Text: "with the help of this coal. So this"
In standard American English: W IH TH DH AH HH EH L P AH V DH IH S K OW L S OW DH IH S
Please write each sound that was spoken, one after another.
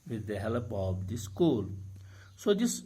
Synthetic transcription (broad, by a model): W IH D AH HH EH L P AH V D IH S K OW L S OW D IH S